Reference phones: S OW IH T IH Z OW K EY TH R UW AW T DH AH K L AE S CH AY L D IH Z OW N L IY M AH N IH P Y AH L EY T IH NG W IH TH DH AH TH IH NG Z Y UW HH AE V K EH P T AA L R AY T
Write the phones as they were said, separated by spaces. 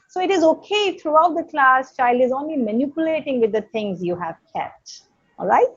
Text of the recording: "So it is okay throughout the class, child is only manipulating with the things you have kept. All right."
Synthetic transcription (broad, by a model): S OW IH T IH Z OW K EY T R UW AW T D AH K L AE S CH AY L D IH Z OW N L IY M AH N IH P Y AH L EY T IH NG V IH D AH T IH NG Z Y UW HH AE V K EH P T AA L R AY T